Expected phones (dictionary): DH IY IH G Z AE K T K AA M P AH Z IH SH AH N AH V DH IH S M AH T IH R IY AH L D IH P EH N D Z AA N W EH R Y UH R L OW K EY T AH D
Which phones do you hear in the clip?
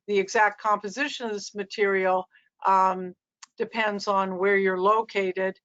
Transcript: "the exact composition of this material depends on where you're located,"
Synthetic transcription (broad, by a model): DH IY IH G Z AE K T K AA M P AH Z IH SH AH N AH V DH IH S M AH T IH R IY L D IH P EH N D Z N W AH R Y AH R L OW K EY T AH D